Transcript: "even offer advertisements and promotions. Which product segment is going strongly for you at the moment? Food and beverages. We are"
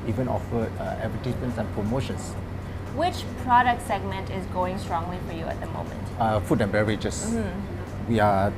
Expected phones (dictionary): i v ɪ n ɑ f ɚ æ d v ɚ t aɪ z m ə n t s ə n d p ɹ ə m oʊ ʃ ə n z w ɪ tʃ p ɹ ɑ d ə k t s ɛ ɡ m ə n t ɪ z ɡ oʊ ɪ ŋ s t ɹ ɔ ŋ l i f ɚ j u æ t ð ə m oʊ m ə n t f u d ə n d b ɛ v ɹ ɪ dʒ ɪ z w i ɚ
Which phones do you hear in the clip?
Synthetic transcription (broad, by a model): i v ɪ n ɑ f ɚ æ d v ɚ t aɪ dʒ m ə n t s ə n p ɹ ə m oʊ ʃ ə n s w ɪ tʃ p ɹ ɑ d ə k t s ɛ ɡ m ə n t ɪ z ɡ oʊ ɪ ŋ s t ɹ ɔ ŋ l i f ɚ j u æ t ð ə m oʊ m ə n t f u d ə n b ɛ ɹ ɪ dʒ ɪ s w i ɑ